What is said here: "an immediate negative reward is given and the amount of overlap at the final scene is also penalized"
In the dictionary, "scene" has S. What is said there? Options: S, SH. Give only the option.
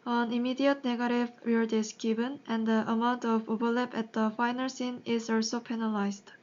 S